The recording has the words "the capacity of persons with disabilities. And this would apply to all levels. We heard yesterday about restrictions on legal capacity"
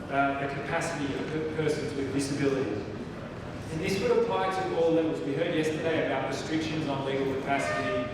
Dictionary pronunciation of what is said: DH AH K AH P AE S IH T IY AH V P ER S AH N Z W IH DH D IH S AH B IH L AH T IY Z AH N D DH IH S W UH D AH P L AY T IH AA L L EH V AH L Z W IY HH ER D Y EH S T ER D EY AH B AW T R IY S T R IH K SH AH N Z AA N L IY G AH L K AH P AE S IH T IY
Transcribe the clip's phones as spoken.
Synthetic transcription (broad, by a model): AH K AH P AE S IH T IY AH V P ER S AH N Z W IH DH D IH S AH B IH L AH T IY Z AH N DH IH S W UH D AH P L AY T IH AA L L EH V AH Z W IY HH ER D Y EH S T ER D EY AH B AW T R IY S T R IH K SH AH N Z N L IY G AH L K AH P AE S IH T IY